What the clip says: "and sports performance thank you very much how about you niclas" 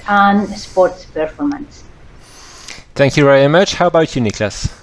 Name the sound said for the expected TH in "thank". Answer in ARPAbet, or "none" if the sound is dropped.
TH